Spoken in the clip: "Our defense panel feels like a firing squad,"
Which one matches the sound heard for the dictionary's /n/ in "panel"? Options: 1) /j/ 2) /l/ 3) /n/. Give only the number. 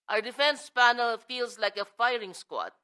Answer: 3